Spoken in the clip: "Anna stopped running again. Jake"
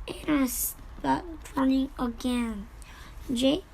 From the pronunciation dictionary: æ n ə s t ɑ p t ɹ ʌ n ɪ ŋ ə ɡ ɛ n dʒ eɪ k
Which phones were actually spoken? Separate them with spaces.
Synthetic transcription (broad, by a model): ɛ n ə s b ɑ t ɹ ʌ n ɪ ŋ ə ɡ ɛ n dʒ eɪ